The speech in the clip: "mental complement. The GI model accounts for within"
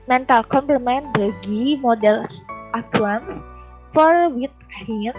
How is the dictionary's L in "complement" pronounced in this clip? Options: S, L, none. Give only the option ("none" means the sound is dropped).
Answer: none